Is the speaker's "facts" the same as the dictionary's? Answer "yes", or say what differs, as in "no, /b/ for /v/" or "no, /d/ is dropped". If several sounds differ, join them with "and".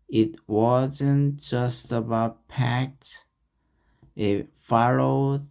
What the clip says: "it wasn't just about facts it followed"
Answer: no, /p/ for /f/